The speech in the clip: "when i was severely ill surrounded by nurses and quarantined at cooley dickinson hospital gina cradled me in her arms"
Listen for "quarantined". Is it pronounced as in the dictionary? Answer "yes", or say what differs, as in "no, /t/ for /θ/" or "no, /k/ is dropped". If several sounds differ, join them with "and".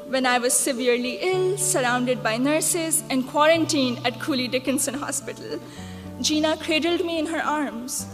no, /d/ is dropped